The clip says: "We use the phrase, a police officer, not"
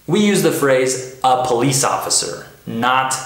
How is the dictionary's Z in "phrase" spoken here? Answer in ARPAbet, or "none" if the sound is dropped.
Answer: Z